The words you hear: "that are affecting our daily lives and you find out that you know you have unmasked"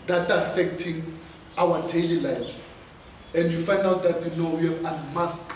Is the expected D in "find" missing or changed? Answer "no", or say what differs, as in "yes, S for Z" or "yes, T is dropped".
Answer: no